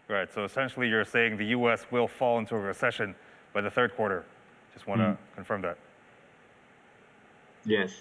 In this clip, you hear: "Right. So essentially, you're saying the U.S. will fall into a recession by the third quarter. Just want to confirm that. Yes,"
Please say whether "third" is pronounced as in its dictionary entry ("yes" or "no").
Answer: yes